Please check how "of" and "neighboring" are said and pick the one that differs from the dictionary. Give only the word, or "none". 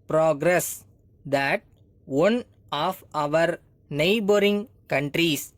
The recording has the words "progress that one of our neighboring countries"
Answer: none